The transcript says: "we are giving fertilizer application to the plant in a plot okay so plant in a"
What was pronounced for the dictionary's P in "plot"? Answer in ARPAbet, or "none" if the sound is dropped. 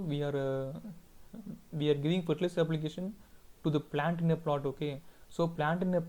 P